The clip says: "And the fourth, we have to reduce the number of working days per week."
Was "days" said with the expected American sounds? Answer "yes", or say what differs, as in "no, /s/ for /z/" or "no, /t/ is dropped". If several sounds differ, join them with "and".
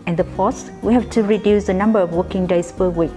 no, /s/ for /z/